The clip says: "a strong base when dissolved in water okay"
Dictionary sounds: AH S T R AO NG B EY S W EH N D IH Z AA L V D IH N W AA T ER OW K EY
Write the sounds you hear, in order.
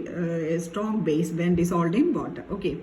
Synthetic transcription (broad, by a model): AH S T R AO NG B EY S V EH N D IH S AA L D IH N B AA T OW K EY